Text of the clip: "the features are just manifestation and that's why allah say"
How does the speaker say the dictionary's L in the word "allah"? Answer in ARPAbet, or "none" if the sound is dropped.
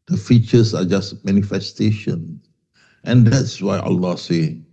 L